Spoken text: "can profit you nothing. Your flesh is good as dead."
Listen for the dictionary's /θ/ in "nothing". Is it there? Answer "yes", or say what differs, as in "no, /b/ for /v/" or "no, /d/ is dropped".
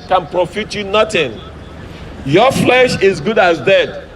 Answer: no, /t/ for /θ/